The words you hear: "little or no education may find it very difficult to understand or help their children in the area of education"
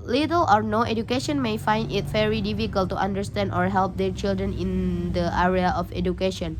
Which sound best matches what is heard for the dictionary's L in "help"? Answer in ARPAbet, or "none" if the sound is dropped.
L